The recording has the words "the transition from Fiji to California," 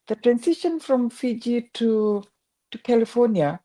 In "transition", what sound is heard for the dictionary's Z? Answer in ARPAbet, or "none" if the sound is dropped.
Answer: S